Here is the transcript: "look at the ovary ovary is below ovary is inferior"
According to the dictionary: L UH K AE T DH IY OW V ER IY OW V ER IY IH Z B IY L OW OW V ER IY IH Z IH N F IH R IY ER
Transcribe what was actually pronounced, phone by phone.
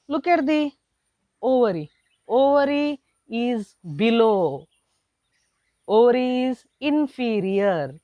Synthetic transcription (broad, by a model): L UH K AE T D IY OW V ER IY OW V ER IY IH Z B IY L OW OW V ER IY IH Z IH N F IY R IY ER